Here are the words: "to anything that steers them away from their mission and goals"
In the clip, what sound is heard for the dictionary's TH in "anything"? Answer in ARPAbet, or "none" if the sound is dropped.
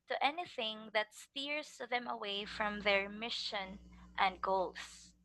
TH